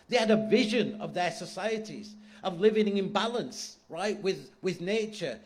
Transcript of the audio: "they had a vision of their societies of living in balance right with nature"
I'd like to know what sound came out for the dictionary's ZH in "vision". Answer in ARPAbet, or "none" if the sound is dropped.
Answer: ZH